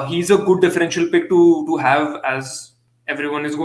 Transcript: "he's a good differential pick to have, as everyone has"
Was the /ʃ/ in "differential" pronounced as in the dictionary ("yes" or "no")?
yes